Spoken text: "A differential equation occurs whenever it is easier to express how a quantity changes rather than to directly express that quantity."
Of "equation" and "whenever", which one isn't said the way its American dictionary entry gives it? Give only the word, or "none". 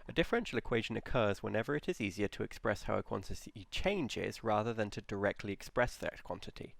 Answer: none